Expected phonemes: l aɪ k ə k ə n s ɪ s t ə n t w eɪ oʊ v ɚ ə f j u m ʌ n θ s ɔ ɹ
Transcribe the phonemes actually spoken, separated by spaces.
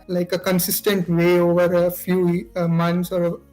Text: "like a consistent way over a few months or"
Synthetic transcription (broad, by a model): l aɪ k ə k ə n s ɪ s t ə n t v eɪ oʊ v ɚ ə f j u m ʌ n s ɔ ɹ